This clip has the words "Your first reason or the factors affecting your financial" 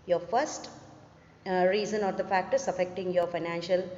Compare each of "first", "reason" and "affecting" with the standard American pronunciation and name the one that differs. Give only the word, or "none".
none